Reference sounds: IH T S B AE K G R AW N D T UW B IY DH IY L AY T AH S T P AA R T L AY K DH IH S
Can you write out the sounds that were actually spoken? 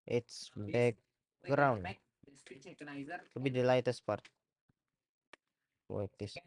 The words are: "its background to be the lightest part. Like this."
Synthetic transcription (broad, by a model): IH T S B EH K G R AW N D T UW B IY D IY L AY T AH S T P AA R T W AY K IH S